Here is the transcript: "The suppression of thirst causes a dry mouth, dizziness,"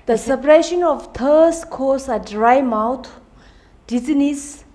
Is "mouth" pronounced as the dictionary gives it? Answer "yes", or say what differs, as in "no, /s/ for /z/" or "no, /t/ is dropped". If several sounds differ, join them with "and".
no, /t/ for /θ/